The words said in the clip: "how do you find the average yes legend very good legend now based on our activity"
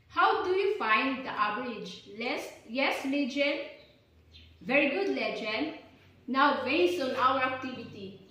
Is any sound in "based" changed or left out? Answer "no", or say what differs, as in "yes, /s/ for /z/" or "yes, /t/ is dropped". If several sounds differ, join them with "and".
yes, /t/ is dropped